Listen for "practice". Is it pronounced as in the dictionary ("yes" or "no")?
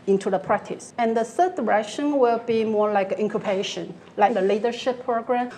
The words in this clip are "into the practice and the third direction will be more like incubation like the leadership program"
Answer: yes